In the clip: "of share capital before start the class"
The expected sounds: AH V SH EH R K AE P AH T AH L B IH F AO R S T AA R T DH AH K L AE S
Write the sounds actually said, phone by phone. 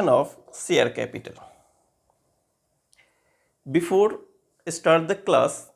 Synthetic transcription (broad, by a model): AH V S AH R K AE P AH T AH L B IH F AO R S T AA R T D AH K L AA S